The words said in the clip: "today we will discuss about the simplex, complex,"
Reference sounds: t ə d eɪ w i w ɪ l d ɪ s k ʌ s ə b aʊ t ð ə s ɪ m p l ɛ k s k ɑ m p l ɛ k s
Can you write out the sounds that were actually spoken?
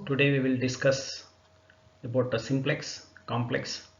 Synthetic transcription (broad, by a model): t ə d eɪ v i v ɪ l d ɪ s k ʌ s ə b aʊ t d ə s ɪ m p l ɛ k s k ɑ m p l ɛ k s